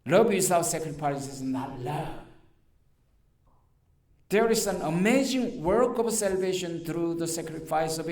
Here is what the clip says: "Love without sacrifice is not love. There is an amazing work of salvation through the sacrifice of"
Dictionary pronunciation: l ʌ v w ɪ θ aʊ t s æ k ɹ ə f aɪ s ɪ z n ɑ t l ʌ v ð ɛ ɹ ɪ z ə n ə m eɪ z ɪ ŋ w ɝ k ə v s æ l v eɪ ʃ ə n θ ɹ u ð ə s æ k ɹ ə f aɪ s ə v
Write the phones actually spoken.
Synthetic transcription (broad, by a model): l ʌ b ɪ s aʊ s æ k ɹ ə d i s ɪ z n ɑ t l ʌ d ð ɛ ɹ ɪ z ə n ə m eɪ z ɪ ŋ w ɝ k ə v s æ l v eɪ ʃ ə n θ ɹ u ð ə s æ k ɹ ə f aɪ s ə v